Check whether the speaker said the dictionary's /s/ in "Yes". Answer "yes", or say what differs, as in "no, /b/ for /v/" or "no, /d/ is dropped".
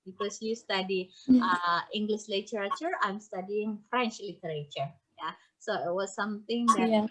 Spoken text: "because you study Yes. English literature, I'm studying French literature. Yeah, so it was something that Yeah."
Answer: no, /s/ is dropped